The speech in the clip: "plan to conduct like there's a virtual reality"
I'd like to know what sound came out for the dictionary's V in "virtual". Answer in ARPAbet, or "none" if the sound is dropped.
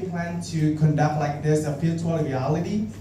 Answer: P